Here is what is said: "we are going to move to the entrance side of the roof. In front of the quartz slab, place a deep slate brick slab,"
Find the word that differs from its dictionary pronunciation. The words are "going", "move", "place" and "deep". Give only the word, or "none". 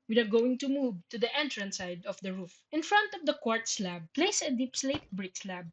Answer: none